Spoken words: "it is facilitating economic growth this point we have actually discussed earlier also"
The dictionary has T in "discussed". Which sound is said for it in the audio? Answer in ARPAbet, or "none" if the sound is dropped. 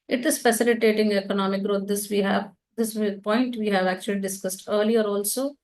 T